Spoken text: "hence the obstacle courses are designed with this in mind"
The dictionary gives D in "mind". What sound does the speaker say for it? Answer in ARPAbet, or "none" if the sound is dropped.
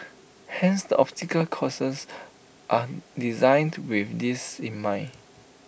none